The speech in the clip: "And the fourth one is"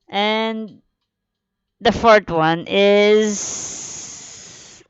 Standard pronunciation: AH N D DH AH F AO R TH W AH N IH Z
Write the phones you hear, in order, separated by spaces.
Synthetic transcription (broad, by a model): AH N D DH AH F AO R T W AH N IH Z